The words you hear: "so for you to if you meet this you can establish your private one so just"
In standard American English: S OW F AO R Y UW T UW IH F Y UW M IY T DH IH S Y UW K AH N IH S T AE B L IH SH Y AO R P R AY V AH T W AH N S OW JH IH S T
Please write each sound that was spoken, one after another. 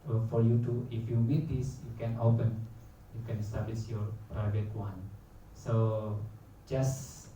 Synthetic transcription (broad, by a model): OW F AO R Y UW T UW IH F Y UW M IY T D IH S Y UW K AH N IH S T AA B L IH S Y AO R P R AY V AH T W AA N S OW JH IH S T